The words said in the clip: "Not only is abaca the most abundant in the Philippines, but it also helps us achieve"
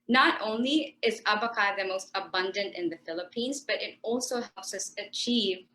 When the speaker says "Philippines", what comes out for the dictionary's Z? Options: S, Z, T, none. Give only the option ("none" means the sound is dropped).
Z